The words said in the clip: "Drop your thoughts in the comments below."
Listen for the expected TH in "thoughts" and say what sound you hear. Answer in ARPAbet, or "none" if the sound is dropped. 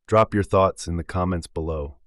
TH